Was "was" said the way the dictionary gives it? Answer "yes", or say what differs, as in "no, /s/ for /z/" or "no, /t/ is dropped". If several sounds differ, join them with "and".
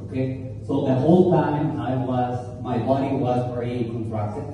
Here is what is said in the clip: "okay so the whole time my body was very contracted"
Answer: yes